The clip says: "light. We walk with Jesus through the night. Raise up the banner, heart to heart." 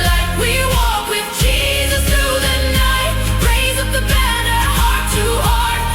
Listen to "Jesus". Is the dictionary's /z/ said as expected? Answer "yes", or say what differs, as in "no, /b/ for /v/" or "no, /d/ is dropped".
yes